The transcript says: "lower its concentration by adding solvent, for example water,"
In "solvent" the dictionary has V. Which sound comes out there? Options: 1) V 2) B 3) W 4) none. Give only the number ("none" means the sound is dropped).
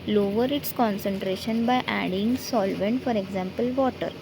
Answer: 1